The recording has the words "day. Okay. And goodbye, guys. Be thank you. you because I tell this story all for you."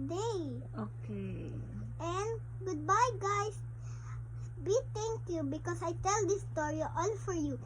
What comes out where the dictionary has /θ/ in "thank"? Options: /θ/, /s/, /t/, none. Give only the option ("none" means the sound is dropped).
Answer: /t/